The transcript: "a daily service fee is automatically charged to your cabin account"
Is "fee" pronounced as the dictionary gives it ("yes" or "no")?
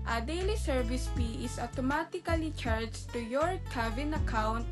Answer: no